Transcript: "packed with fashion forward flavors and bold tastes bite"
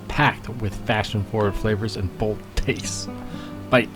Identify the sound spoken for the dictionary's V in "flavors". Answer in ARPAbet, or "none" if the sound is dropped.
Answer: V